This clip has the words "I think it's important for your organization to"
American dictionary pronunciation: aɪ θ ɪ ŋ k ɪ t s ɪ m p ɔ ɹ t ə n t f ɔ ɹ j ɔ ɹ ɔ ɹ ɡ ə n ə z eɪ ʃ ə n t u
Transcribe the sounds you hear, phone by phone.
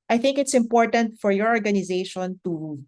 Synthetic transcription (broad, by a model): aɪ θ ɪ ŋ k ɪ t s ɪ m p ɔ ɹ t ə n t f ɔ ɹ j ɔ ɹ ɔ ɹ ɡ ə n ə z eɪ ʃ ə n t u